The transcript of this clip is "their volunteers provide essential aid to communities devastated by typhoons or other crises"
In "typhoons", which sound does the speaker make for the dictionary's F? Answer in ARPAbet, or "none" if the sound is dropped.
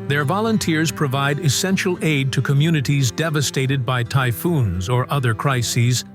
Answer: F